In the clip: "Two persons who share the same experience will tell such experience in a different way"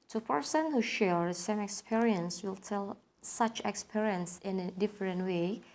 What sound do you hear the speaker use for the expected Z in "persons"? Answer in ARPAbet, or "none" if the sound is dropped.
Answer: none